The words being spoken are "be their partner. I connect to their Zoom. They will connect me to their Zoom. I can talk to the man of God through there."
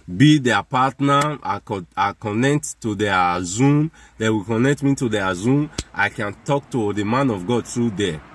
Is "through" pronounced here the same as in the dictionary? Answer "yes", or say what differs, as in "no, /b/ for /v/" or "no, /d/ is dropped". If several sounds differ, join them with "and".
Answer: no, /t/ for /θ/